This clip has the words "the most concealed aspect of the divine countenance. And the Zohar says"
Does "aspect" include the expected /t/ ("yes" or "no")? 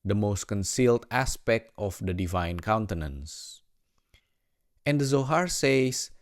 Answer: yes